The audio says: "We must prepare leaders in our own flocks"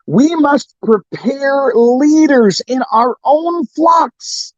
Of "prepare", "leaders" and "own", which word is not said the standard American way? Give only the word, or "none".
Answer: none